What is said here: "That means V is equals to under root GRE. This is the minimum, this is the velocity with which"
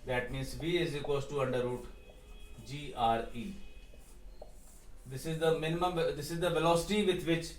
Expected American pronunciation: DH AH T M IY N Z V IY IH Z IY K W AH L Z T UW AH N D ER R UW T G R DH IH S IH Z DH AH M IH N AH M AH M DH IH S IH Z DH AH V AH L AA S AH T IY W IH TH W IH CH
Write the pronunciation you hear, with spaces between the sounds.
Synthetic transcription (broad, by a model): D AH T M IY N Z V IY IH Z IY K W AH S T T UW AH N D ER R UW T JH R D IH S IH Z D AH M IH N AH M AH M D IH S IH Z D AH V AH L AA S AH T IY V IH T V IH CH